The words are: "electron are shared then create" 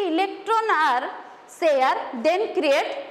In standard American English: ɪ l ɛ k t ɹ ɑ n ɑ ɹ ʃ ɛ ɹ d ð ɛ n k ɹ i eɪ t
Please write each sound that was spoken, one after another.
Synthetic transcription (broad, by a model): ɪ l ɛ k t ɹ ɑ n ɑ ɹ s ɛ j d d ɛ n k ɹ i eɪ t